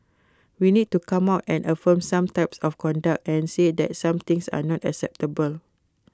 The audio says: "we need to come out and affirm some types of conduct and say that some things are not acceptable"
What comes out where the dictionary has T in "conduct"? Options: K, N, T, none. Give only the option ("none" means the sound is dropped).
T